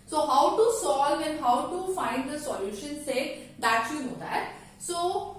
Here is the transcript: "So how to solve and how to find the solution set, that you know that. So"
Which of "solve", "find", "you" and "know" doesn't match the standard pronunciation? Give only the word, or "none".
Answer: solve